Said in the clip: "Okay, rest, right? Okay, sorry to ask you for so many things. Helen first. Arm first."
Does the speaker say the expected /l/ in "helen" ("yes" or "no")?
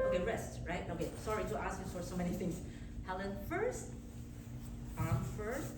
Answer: yes